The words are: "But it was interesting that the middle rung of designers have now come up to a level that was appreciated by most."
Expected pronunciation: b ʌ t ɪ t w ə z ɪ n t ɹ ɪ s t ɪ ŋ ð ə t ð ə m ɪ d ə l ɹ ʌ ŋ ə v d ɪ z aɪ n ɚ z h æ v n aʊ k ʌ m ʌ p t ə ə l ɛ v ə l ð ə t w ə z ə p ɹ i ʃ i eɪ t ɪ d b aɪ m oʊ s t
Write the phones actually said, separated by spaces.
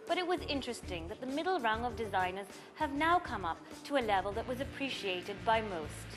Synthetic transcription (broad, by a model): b ʌ t ɪ t w ə z ɪ n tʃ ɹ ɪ s t ɪ ŋ ð ə t ð ə m ɪ d l ɹ ʌ ŋ ə v d ɪ z aɪ n ɚ z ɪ v n aʊ k ʌ m ʌ p t ə ə l ɛ v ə l ð ə t w ə z ə p ɹ i ʃ i eɪ t ɪ d b aɪ m oʊ s t